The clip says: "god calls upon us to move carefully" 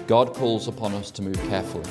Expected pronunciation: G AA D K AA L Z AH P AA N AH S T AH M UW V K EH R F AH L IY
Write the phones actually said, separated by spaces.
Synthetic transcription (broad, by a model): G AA D K AA L Z AH P AA N AH S T AH M UW V K EH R F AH L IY